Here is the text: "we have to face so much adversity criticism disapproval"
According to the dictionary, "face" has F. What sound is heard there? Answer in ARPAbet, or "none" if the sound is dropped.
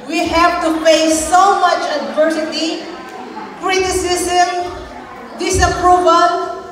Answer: P